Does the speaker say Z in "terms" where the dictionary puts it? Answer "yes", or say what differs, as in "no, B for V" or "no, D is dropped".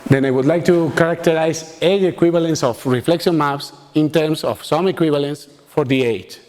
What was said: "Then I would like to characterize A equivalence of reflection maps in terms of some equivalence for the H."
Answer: no, S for Z